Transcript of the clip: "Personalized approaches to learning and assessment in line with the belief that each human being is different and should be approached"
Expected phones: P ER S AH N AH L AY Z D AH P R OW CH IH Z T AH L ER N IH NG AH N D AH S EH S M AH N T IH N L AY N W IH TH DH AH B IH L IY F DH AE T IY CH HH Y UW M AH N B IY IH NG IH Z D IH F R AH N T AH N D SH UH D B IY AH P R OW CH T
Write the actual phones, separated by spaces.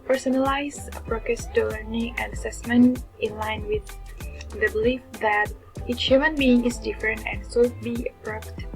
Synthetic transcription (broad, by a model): P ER S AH N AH L AY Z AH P R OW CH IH S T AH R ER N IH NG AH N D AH S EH S M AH N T IH N L AY N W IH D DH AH B IH L IY F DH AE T IY CH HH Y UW M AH N B IY IH NG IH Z D IH F R AH N T AH N D S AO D B IY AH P R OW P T